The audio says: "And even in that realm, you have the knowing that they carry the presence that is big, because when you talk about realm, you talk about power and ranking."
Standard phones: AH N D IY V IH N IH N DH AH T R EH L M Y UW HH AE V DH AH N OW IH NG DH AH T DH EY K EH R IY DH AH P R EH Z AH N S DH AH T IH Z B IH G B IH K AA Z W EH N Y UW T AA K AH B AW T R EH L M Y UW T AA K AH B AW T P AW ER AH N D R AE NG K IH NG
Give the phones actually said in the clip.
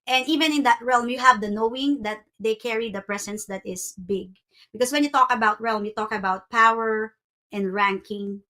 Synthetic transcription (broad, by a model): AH N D IY V IH N IH N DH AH T R EH L M Y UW HH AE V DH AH N OW IH NG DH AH T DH EY K EH R IY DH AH P R EH S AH N S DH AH T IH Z B IH G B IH K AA S W EH N Y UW T AA K AH B AW T R EH L M Y UW T AA K AH B AW T P AW ER AH N D R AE NG K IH NG